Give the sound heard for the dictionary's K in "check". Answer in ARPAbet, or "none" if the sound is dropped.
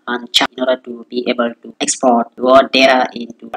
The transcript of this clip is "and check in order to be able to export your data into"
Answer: none